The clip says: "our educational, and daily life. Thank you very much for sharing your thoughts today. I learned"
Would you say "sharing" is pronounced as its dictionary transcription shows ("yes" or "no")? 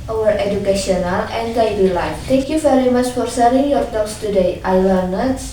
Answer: no